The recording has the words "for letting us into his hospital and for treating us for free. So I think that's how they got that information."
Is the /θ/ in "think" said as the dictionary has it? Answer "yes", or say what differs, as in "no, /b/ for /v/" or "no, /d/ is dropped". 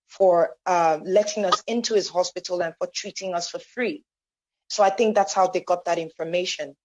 yes